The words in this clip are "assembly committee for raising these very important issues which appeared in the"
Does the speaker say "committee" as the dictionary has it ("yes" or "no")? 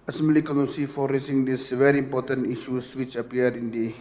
no